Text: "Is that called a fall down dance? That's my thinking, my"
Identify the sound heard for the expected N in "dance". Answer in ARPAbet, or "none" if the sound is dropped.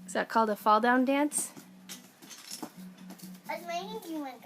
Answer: N